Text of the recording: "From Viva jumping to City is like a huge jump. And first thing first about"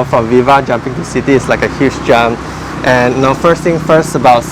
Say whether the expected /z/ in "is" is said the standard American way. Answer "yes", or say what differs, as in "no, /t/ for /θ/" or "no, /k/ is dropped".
no, /s/ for /z/